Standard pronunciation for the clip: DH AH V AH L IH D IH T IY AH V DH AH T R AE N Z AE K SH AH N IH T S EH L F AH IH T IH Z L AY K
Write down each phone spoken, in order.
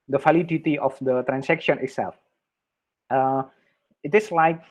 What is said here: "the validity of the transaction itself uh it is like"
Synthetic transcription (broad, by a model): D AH F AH L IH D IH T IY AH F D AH T R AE N S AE K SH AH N IH T S EH L F AH IH T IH S L AY K